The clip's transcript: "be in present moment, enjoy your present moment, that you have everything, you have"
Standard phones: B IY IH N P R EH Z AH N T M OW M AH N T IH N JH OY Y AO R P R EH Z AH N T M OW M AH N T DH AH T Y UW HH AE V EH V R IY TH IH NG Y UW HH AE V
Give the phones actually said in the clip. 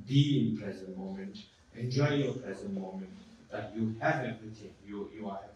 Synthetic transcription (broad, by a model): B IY IH N P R EH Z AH N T M OW M AH N T IH N JH OY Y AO P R EH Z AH N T M OW M AH N T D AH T Y UW HH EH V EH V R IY T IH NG Y UW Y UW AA